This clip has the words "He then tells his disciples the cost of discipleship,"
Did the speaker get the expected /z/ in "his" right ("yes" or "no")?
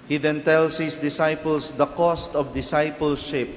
no